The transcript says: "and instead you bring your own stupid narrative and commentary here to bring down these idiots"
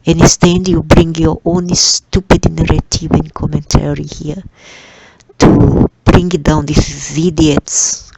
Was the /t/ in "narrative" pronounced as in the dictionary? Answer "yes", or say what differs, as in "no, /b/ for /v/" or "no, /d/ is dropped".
yes